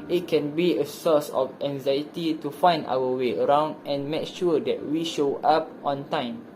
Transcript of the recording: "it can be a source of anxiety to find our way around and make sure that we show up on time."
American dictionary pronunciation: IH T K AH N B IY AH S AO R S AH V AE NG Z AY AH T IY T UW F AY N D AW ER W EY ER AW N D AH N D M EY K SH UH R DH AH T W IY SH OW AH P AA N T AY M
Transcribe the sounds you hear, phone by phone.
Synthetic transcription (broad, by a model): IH T K AH N B IY AH S AO S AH F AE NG Z AY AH T IY T UW F AY N D AW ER W EY ER AW N D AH N M EY K SH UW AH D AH T W IY SH OW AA P AA N T AY M